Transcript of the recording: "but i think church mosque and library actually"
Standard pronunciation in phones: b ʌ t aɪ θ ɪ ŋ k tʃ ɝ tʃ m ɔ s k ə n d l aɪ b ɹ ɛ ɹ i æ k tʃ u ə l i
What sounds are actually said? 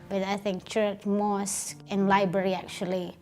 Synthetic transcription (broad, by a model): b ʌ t aɪ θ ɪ ŋ k tʃ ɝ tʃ m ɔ s ə n l aɪ b ɹ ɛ ɹ i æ k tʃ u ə l i